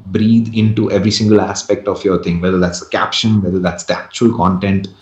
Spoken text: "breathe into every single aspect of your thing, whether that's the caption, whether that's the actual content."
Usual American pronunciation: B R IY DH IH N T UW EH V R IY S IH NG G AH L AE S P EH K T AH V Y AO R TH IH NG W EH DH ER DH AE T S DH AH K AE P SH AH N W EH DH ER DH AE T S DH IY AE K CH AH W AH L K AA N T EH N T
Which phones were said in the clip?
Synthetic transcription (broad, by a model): B R IY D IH N T UW EH V R IY S IH NG G AH L AE S P EH K T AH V Y AO R T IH NG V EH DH ER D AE T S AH K AE P SH AH N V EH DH ER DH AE T S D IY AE K CH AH AH L K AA N T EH N T